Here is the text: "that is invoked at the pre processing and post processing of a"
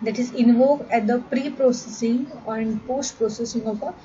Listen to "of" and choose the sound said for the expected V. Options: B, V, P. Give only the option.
P